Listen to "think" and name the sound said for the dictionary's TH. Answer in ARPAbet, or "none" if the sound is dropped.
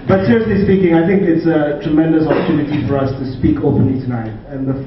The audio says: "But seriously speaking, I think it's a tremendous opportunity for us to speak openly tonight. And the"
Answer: TH